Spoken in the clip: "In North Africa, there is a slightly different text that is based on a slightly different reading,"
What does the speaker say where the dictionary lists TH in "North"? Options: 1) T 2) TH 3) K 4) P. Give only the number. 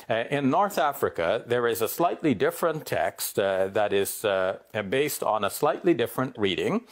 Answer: 2